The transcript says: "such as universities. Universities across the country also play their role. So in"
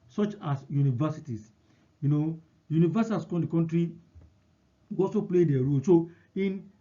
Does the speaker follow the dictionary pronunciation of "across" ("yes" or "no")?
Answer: no